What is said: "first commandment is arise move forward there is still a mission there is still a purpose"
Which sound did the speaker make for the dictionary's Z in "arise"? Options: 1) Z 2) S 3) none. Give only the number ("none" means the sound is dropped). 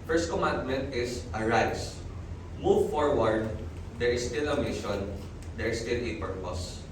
2